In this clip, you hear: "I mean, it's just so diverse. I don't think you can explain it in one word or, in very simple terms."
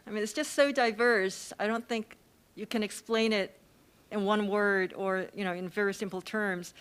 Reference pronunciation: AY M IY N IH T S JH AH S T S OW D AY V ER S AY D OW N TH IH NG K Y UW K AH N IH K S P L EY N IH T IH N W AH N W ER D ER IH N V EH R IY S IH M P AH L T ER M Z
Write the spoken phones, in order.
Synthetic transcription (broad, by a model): AY M IY N IH T S JH AH S T S OW D AY V ER S AY D OW N TH IH NG K Y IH K AH N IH K S P L EY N IH T IH N W AH N W ER D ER IH N V EH R IY S IH M P L T ER M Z